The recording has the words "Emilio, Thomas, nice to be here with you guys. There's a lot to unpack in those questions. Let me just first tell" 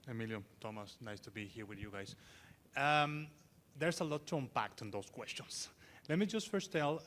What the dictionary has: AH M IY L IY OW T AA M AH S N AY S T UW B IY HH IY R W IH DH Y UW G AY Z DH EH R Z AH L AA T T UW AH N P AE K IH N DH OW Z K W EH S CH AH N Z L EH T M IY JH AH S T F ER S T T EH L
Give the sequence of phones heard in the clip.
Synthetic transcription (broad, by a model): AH M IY L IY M T AA M AH S N AY S T UW B IY HH IY R W IH DH Y UW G AY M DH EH R S AH L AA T T UW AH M P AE K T N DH OW S K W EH S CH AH N S L EH T M IY JH AH S T F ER S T T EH L